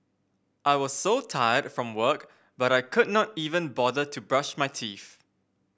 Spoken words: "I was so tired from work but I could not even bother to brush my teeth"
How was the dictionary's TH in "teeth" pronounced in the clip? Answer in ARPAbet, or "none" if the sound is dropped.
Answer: F